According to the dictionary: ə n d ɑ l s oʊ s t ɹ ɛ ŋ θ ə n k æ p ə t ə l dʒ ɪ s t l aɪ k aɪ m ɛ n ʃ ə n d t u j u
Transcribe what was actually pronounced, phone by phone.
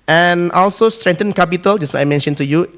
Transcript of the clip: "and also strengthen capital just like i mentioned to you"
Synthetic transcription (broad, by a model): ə n ɑ l s oʊ s t ɹ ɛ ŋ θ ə n k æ p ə t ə l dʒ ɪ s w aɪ aɪ m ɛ n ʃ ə n t u j u